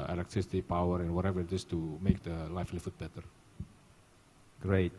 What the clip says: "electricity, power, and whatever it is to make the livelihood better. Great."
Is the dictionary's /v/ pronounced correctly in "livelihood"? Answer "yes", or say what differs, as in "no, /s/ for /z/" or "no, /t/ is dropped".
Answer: no, /f/ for /v/